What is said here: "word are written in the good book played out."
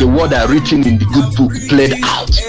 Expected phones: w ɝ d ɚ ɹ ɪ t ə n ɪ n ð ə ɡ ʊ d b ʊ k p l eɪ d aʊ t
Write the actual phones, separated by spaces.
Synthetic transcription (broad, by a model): w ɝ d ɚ ɹ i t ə n ɪ n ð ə ɡ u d b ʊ k p l eɪ d aʊ t